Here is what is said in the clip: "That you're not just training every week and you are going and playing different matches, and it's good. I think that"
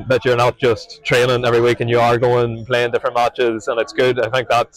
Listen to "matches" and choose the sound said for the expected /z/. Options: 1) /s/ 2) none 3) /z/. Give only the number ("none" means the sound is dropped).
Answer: 3